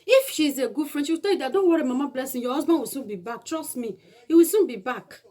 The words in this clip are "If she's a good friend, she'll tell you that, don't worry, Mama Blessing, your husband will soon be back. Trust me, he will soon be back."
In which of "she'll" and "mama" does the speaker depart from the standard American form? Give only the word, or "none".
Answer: she'll